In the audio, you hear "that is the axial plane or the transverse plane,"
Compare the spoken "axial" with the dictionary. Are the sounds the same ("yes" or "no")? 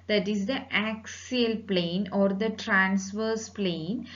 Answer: yes